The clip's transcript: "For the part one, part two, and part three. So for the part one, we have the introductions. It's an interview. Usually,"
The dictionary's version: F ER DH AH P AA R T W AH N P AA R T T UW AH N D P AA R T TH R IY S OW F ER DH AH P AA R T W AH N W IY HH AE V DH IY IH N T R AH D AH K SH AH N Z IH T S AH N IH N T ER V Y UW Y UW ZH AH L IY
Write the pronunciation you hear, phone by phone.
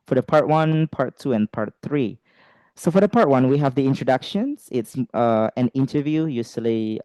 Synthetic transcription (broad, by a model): F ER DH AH P AA R T W AH N P AA R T T UW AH N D P AA R T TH R IY S OW F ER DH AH P AA R T W AH N W IY HH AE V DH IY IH N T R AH D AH K SH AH N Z IH T S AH N IH N T ER V Y UW Y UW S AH L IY